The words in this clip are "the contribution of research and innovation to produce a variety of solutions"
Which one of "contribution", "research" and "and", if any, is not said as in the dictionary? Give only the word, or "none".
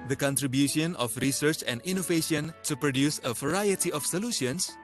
none